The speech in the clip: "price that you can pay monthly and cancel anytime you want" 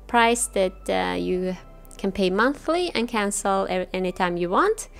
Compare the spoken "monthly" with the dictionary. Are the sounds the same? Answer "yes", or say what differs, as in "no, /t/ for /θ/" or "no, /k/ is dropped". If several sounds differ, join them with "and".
yes